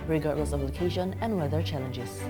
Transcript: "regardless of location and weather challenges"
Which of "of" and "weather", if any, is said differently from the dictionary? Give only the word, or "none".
of